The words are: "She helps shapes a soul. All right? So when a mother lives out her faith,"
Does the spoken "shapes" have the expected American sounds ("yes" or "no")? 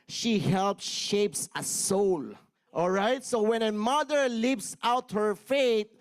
yes